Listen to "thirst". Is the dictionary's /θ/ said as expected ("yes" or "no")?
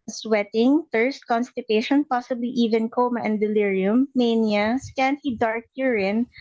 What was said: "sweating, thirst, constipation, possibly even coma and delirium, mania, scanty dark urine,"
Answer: no